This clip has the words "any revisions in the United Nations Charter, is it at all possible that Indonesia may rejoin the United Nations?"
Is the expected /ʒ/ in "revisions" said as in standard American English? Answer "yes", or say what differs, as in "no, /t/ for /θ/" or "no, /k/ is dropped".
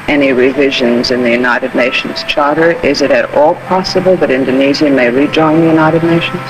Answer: yes